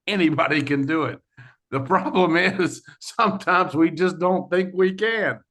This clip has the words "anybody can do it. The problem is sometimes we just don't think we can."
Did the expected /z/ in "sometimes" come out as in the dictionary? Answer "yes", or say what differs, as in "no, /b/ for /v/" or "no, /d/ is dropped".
yes